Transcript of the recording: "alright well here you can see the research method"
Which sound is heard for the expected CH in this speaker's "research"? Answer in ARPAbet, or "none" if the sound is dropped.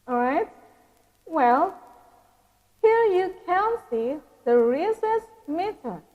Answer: S